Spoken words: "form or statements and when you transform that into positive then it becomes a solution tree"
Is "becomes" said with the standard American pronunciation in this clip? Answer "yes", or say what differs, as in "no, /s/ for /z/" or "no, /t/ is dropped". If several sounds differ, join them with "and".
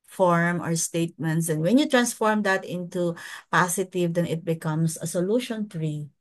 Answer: no, /s/ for /z/